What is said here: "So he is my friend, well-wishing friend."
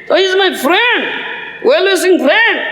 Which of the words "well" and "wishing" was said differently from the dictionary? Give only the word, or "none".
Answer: wishing